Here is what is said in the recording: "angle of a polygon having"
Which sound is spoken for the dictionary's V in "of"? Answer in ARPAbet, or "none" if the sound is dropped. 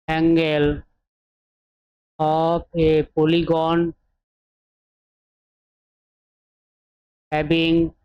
P